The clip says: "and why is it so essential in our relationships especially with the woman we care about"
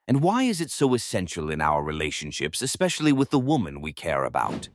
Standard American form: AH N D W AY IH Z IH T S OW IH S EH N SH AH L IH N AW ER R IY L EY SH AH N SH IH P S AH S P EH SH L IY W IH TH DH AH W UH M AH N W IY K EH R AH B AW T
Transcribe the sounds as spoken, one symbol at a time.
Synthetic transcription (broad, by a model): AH N W AY IH Z IH T S OW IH S EH N SH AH L IH N AW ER R IY L EY SH AH N SH IH P S AH S P EH SH L IY W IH DH AH W UH M AH N W IY K EH R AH B AW T